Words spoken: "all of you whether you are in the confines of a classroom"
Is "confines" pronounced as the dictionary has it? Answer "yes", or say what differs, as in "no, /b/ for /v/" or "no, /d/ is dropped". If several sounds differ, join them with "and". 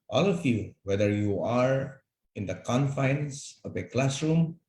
no, /s/ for /z/